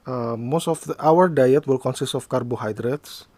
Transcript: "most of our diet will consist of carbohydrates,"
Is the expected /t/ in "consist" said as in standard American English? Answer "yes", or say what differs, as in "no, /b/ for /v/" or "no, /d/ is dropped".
yes